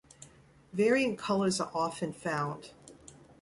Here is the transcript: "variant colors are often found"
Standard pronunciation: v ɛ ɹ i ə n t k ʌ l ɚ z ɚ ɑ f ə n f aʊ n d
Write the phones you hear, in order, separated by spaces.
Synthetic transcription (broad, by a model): v ɛ ɹ i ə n k ʌ l ɚ z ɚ ɑ f ə n f aʊ n d